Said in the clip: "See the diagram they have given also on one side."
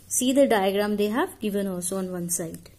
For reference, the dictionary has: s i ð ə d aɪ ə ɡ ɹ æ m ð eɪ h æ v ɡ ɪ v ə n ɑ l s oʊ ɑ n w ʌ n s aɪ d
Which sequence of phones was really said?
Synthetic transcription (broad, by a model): s i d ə d aɪ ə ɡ ɹ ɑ m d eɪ h æ v ɡ ɪ v ə n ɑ s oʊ ɑ n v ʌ n s aɪ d